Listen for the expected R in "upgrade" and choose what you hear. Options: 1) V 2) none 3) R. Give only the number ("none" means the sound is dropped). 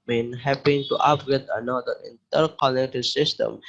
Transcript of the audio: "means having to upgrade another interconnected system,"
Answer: 2